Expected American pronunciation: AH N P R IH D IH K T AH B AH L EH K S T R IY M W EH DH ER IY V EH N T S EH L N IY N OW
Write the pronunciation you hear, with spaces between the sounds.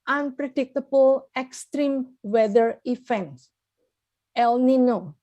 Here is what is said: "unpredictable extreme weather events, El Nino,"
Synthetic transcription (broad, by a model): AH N P R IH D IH K T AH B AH L EH K S T R IY M W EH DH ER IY F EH N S EH L N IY N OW